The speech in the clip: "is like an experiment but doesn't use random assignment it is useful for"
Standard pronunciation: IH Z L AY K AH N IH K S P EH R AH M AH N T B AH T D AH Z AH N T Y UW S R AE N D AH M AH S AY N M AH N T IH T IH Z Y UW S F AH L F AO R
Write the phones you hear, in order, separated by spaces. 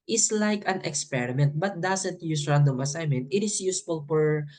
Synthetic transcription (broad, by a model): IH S L AY K AH N IH K S P EH R AH M AH N T B AH T D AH S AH N T Y UW S R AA N D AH M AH S AY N M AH N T IH T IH S Y UW S F AH L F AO R